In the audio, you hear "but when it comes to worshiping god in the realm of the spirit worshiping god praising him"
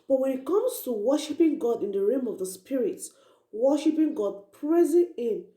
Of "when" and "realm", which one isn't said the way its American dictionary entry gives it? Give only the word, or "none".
realm